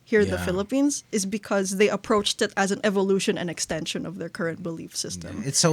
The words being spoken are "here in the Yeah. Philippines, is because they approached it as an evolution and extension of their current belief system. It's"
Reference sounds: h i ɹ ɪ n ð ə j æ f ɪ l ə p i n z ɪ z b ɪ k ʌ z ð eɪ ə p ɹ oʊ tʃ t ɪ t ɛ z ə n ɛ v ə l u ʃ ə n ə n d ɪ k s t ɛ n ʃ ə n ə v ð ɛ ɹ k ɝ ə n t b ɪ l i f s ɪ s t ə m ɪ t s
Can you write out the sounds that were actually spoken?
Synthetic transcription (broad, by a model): h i ɹ ð ə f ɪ l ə p i n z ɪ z b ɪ k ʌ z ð eɪ ə p ɹ oʊ tʃ t ɪ t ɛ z ə n ɛ v ə l u ʃ ə n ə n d ɪ k s t ɛ n ʃ ə n ə v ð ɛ ɹ k ɝ ə n t b ɪ l i f s ɪ s t ə m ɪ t s